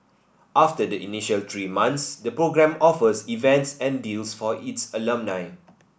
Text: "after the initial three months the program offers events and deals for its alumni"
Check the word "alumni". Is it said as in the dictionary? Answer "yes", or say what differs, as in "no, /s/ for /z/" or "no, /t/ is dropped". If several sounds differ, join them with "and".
yes